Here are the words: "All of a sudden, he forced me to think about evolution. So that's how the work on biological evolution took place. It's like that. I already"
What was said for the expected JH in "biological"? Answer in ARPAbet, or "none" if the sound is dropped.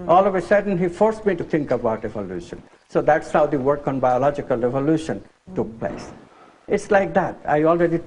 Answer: JH